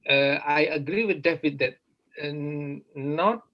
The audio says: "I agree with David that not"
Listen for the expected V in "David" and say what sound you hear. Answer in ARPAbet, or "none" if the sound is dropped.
F